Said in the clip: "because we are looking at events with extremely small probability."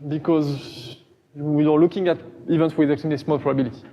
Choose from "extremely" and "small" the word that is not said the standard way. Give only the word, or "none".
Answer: extremely